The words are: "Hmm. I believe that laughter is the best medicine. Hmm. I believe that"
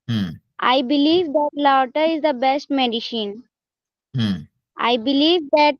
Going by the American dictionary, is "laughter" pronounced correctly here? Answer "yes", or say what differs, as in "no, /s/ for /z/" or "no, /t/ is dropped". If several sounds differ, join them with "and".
no, /f/ is dropped